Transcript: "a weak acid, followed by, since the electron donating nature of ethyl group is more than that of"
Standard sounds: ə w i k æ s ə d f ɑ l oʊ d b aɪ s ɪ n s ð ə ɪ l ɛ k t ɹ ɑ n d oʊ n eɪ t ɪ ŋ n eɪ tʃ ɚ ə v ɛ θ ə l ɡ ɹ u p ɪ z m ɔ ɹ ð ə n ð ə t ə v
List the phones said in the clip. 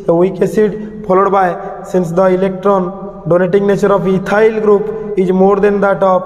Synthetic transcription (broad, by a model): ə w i k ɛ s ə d p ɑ l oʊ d b aɪ s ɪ n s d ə ɪ l ɛ k t ɹ ɑ n d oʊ n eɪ t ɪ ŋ n eɪ tʃ ɚ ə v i t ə l ɡ ɹ u p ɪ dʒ m ɔ ɹ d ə n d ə t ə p